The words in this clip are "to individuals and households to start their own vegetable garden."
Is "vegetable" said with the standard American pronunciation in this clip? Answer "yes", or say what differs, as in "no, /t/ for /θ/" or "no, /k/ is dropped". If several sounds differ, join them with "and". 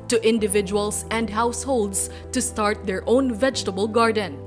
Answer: yes